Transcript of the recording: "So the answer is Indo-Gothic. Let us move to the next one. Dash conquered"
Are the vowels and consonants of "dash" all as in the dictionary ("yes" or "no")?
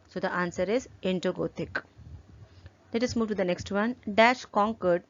yes